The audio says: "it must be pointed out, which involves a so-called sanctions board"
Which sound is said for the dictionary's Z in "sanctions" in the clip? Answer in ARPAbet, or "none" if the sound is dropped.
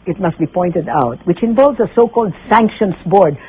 S